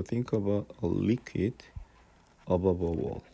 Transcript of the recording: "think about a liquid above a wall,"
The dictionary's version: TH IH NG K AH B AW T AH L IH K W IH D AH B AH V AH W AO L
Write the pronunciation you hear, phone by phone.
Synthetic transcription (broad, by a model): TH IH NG K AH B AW AH L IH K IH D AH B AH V AH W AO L